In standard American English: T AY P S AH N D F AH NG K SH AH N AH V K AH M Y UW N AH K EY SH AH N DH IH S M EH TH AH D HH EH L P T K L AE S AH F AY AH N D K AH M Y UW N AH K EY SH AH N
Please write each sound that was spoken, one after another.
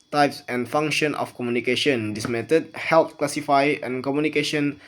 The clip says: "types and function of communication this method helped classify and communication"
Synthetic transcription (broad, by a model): T AY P S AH N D F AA NG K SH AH N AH F K AH M Y UW N AH K EY SH AH N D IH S M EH T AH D HH EH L T K L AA S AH F AY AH N K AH M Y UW N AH K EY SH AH N